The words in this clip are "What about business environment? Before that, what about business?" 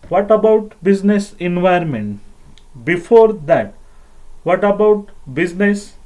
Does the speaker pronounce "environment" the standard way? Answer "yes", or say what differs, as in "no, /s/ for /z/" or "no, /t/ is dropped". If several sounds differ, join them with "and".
no, /ɹ/ is dropped